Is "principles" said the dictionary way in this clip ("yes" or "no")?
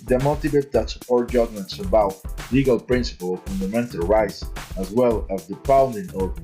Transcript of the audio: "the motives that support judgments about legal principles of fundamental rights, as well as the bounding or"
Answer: no